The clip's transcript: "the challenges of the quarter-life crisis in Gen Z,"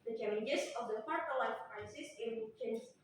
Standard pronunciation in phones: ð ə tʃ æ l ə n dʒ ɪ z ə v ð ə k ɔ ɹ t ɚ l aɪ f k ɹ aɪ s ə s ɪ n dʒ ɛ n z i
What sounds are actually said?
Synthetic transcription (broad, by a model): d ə tʃ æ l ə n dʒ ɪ s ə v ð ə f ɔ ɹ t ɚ l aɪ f k ɹ aɪ s ə s ɪ n tʃ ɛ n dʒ